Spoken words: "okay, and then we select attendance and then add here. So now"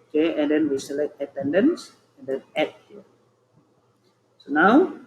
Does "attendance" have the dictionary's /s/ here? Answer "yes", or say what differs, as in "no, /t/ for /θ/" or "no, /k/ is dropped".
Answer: yes